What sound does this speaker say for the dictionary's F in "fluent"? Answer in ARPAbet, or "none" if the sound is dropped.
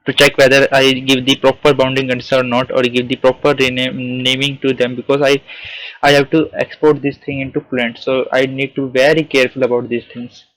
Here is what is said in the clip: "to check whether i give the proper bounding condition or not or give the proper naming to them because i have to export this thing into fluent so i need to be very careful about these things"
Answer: P